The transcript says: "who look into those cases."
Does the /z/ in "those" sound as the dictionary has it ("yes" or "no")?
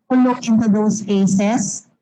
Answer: no